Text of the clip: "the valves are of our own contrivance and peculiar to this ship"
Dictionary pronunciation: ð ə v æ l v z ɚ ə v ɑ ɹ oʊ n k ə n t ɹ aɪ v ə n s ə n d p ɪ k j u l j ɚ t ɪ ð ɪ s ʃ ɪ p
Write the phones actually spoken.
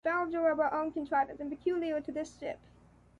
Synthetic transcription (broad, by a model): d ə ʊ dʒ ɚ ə b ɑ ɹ oʊ n k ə n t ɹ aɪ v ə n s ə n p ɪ k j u l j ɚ t ɪ ð ɪ s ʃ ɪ p